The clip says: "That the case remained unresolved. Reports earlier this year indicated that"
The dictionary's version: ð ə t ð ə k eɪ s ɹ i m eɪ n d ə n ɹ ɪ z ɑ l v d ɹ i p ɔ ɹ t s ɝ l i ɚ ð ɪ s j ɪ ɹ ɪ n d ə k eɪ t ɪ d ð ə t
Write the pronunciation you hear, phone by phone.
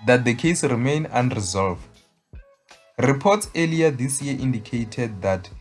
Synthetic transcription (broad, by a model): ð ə t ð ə k eɪ s ɹ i m eɪ n ə n ɹ ɪ z ɑ l v d ɹ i p ɔ t s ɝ l i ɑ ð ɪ s j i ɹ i n d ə k eɪ t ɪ d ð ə t